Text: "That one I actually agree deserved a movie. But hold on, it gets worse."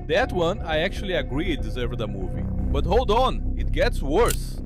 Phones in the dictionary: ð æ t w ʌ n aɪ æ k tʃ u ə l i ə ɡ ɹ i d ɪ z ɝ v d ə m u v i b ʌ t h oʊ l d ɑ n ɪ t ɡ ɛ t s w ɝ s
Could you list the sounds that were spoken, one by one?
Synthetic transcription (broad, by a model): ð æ t w ʌ n aɪ æ k tʃ u ə l i ə ɡ ɹ i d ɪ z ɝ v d ə m u v i b ʌ t h oʊ l d ɑ n ɪ t ɡ ɛ t s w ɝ s